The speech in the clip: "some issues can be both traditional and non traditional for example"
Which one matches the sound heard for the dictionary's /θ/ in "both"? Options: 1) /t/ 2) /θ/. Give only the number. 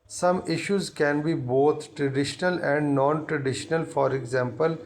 1